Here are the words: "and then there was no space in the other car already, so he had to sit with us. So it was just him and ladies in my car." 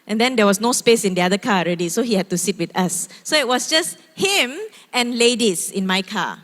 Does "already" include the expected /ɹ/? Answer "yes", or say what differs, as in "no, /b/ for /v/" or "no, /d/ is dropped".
yes